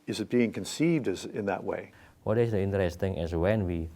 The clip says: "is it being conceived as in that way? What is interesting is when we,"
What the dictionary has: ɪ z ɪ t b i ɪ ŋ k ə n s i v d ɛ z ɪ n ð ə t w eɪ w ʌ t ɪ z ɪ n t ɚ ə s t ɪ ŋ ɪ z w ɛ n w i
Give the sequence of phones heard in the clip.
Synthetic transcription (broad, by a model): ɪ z ɪ t b i ɪ ŋ k ə n s i v d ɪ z ɪ n ð ə t w eɪ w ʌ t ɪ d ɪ n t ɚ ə s t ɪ ŋ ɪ s w ɛ n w i